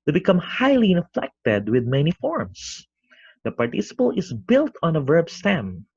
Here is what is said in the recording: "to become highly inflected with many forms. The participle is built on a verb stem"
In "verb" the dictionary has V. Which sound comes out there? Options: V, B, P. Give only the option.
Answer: V